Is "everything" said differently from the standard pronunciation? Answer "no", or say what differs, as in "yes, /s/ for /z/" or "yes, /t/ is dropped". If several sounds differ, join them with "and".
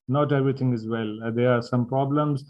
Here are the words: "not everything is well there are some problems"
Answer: yes, /t/ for /θ/